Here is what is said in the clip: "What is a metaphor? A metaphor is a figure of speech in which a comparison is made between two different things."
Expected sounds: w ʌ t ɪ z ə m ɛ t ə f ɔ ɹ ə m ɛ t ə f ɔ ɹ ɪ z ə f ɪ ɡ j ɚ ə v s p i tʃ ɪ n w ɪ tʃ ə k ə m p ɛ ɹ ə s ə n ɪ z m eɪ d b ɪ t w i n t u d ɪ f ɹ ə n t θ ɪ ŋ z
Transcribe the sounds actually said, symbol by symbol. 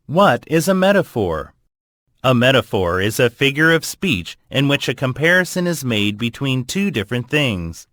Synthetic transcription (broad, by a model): w ʌ t ɪ z ə m ɛ t ə f ɔ ɹ ə m ɛ t ə f ɔ ɹ ɪ z ə f ɪ ɡ j ɚ ə v s p i tʃ ɪ n w ɪ tʃ ə k ə m p ɛ ɹ ə s ə n ɪ z m eɪ d b ɪ t w i n t u d ɪ f ɹ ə n θ ɪ ŋ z